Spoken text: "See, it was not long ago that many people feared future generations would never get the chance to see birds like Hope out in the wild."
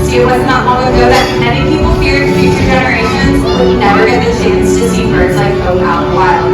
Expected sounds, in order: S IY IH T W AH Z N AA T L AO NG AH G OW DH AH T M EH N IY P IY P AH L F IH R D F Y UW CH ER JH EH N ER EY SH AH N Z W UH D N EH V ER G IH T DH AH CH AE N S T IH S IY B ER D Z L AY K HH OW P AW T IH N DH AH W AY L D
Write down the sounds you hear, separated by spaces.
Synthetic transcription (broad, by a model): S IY IH T W AH Z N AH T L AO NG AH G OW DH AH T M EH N IY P IY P L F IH R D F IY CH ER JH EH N ER EY SH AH N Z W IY N EH V ER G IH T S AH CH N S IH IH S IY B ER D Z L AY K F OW UH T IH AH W AY L